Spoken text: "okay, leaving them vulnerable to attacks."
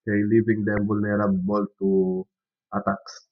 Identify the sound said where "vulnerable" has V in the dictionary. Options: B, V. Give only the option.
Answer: B